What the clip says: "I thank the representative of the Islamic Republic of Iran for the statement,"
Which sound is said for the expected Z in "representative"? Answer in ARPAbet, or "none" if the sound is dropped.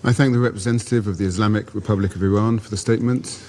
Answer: Z